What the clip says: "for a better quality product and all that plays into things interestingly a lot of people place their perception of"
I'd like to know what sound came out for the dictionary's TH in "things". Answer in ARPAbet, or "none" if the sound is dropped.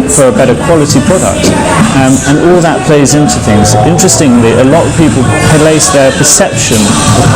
TH